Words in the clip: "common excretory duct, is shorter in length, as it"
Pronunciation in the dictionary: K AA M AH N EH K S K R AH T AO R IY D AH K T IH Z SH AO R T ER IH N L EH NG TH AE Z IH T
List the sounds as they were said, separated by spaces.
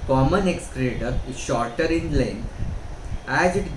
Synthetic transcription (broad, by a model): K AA M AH N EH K S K R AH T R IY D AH T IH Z SH AO R T ER IH N L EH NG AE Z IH T